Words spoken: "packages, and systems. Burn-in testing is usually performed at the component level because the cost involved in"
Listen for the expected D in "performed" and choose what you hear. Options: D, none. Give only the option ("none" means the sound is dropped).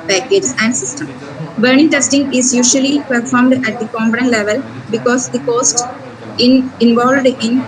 D